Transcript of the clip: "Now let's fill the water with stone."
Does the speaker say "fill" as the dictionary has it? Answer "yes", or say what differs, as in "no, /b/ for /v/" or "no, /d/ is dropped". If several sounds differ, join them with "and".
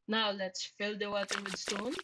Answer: yes